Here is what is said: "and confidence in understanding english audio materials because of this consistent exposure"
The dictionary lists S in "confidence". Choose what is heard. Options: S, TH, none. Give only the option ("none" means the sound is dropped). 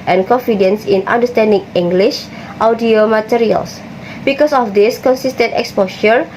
S